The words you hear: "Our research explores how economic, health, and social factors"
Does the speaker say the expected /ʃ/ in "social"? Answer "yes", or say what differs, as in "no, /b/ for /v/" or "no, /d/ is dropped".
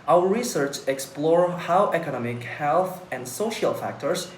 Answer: yes